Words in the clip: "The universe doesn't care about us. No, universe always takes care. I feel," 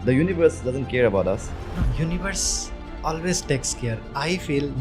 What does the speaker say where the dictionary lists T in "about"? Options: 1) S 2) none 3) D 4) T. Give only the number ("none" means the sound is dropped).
4